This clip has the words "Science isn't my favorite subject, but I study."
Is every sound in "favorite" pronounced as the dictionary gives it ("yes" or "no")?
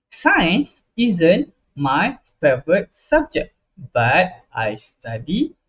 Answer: yes